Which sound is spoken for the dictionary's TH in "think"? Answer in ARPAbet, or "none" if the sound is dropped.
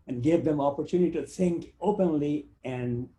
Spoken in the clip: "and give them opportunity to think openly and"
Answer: S